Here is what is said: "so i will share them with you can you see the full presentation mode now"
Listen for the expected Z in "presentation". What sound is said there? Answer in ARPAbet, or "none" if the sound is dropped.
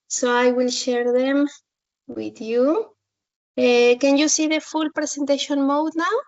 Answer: S